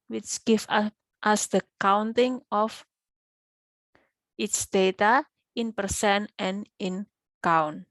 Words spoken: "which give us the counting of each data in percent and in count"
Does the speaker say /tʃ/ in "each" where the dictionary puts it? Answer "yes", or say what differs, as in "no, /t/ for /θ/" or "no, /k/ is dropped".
no, /s/ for /tʃ/